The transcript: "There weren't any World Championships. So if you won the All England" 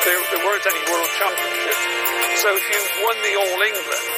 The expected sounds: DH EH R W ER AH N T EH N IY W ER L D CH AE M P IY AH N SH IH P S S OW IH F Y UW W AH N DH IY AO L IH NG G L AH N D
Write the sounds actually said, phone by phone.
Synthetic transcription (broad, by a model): DH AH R W ER AH N T EH N IY W ER L D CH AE P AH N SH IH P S S OW IH F Y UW W AH N DH IY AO L IH NG G L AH N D